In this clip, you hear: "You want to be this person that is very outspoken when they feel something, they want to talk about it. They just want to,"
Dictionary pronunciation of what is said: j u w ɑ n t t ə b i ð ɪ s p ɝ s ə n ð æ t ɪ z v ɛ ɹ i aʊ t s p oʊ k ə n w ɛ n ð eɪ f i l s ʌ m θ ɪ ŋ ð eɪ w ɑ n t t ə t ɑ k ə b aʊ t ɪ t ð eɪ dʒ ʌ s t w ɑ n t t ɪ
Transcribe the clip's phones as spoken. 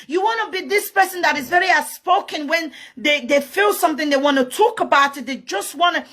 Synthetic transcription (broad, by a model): j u w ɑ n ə b i ð ɪ s p ɝ s ə n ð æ t ɪ z v ɛ ɹ i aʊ s p oʊ k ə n w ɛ n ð eɪ f i l s ʌ m θ ɪ ŋ ð eɪ w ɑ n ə t ɑ k ə b aʊ t ɪ t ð eɪ dʒ ʌ s t w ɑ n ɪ